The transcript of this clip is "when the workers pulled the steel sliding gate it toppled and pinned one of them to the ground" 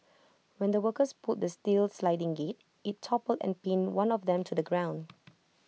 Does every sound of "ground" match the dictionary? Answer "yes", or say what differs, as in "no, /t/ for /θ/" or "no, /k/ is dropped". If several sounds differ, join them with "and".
yes